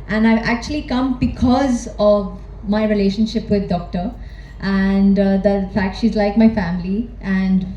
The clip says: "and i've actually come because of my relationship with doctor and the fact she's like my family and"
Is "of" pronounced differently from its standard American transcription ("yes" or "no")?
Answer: no